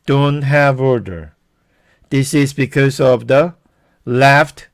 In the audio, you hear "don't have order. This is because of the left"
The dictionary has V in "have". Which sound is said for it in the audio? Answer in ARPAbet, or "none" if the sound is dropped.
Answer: V